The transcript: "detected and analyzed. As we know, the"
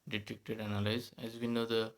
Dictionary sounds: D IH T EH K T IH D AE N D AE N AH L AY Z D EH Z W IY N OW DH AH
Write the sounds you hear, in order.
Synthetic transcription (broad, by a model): D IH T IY K T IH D D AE N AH L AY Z EH Z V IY N OW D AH